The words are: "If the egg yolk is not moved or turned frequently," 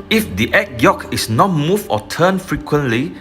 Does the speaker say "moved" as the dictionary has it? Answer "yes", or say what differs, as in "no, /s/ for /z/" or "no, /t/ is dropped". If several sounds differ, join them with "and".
no, /d/ is dropped